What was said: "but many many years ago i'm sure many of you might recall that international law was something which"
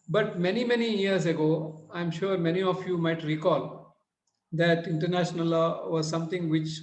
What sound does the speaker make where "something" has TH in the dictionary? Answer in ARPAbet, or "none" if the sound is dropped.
T